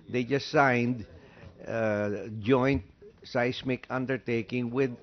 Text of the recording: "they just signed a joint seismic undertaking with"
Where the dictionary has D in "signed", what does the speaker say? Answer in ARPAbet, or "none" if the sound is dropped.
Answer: D